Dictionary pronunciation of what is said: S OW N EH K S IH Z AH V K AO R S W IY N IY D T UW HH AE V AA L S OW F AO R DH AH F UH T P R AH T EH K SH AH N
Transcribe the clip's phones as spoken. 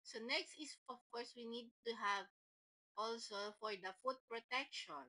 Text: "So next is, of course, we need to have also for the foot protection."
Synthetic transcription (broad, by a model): S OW N EH K S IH S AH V K AO R S W IY N IY D T UW HH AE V AA L S OW F AO R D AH F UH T P R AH T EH K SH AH N